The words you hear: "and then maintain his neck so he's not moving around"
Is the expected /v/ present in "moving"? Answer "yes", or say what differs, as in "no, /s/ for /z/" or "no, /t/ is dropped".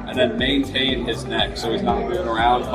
no, /v/ is dropped